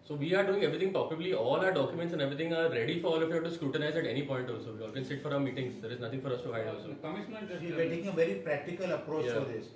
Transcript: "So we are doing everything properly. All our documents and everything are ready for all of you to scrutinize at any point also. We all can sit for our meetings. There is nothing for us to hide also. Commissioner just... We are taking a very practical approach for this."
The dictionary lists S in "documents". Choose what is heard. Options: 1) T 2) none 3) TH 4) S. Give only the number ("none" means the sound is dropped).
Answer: 4